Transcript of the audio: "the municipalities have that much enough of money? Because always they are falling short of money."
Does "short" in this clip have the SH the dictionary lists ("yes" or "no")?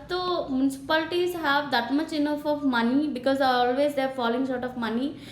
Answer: no